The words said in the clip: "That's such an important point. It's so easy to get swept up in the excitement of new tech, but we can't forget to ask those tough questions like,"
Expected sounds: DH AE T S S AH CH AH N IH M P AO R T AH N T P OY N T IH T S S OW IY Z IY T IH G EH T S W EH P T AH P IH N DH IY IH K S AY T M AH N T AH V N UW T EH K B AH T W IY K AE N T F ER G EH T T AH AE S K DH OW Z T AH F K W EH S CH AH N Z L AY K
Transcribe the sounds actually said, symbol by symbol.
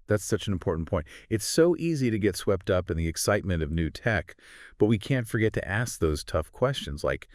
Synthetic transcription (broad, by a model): DH AE T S S AH CH N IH M P AO R T N P OY N T IH T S S OW IY Z IY T IH G EH T S W EH P T AH P IH N DH IY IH K S AY T M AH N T AH V N UW T EH K B AH T W IY K AE N T F ER G EH T T AE S K DH OW Z T AH F K W EH S CH AH N Z L AY K